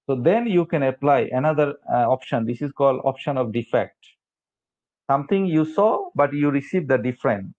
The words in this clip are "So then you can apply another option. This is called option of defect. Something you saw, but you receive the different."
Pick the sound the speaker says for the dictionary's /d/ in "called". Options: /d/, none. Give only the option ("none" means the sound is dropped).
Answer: /d/